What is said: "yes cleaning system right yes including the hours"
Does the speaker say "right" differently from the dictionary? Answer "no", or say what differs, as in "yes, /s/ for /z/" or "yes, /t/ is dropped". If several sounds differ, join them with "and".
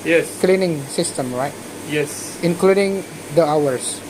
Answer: no